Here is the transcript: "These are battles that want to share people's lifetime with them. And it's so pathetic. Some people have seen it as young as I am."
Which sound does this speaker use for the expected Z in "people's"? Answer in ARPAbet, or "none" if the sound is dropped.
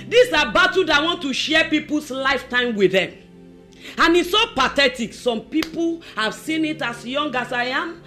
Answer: S